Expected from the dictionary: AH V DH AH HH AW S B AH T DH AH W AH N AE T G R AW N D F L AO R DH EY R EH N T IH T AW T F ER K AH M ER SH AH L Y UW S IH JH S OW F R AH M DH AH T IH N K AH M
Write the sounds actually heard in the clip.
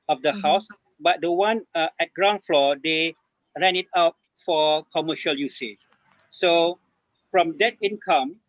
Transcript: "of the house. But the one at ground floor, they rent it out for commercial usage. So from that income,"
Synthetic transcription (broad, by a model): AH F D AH HH AW S B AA T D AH W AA N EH T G R AW N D F L AO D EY R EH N IH T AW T F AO K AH M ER SH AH L Y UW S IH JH S OW F R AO M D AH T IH N K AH M